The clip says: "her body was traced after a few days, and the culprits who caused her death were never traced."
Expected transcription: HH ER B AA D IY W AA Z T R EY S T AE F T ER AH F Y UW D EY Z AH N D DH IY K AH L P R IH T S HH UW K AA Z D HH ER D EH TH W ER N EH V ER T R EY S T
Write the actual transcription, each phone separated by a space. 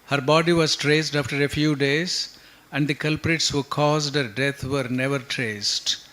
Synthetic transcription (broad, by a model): HH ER B AA D IY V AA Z T R EY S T AE F T ER AH F Y UW D EY Z AH N D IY K AH L P R IH T S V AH K AA Z D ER D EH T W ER N EH V ER T R EY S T